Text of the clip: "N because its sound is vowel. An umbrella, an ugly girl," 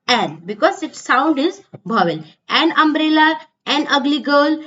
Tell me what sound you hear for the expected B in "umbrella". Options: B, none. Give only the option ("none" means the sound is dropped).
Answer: B